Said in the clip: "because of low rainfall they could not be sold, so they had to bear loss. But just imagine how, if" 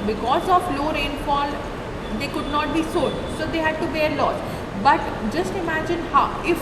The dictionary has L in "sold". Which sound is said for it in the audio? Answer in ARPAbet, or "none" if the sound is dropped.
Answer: none